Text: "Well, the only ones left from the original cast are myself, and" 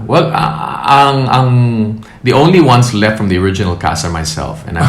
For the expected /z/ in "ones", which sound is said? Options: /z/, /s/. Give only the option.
/s/